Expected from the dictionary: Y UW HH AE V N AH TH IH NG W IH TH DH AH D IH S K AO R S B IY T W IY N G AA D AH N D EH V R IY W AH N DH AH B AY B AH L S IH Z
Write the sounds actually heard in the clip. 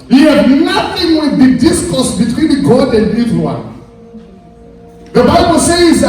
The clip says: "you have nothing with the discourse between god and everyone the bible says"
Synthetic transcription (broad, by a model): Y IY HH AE B N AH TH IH NG W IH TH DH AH D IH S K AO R S B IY T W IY N G AA D AH N D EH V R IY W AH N DH AH B AY B AH L S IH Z